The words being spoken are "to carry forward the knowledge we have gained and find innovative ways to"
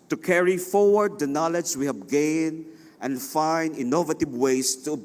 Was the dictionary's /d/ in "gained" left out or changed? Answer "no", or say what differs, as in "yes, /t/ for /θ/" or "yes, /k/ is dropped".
yes, /d/ is dropped